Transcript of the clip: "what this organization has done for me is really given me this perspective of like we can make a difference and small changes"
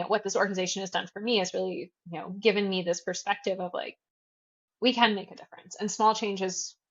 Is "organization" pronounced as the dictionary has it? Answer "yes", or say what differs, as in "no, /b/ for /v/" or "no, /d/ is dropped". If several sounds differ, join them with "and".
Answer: yes